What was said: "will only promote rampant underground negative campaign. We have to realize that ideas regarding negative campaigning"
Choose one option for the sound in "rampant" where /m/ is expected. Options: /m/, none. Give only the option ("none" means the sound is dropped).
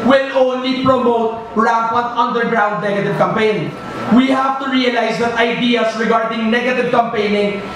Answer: none